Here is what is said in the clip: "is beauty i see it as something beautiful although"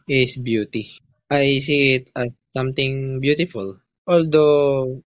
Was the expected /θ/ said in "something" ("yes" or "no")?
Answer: no